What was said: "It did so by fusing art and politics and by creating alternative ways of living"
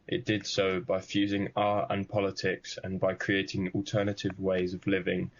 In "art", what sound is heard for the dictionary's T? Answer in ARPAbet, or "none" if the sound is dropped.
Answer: none